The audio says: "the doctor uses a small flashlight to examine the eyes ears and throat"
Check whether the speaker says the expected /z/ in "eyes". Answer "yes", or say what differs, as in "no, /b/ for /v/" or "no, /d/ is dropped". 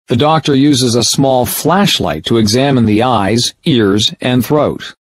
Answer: yes